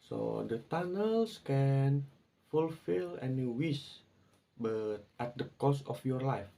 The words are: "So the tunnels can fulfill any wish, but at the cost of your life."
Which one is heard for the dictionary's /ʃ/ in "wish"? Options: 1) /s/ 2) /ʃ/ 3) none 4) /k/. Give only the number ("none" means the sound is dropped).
1